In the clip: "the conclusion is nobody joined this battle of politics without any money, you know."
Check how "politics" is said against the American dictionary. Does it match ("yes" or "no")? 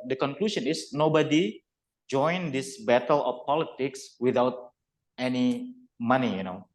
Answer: yes